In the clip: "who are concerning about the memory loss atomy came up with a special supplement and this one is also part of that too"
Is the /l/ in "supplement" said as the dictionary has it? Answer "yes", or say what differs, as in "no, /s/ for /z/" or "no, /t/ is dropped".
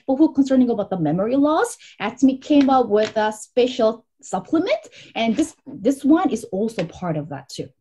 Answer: yes